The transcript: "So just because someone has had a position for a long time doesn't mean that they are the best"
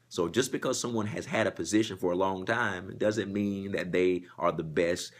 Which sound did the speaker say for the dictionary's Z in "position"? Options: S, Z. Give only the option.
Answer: Z